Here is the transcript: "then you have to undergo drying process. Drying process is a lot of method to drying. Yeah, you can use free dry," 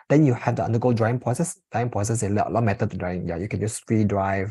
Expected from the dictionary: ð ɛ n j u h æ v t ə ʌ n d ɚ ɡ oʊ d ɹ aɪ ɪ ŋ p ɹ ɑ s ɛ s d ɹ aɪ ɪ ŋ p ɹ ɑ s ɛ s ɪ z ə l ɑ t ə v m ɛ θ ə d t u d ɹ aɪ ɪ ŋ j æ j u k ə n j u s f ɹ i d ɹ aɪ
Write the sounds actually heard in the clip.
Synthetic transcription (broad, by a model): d ɛ n j u h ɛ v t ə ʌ n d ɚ ɡ oʊ d ɹ aɪ ɪ ŋ p ɹ ɑ s ɛ s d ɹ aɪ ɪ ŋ p ɹ ɑ s ɛ s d ə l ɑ ə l m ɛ t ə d t u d ɹ aɪ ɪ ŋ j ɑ j u k ə n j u s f ɹ i d ɹ aɪ